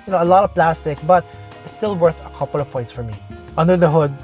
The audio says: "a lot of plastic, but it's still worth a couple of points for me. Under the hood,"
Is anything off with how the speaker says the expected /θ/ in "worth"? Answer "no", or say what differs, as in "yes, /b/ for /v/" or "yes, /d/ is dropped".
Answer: no